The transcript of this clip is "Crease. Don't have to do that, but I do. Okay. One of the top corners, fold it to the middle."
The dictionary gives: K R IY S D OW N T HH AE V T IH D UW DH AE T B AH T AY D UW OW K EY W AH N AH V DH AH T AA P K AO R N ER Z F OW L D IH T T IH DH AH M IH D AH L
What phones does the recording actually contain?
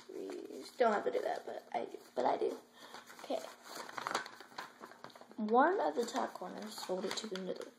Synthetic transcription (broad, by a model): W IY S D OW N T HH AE F T IH D UW DH AE T B AH T AY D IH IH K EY W AH N AH V DH AH T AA K AO R N ER Z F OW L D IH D T IH DH AH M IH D L